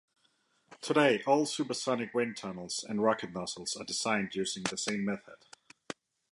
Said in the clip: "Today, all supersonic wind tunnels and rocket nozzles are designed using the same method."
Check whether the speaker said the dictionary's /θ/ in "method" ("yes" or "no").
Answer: yes